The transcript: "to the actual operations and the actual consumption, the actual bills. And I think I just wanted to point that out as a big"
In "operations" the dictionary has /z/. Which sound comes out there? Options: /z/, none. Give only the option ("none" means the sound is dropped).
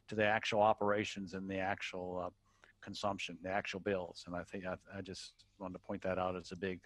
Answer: /z/